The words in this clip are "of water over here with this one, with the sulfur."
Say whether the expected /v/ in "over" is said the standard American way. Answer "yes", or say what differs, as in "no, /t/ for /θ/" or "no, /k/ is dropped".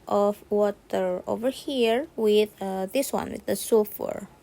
yes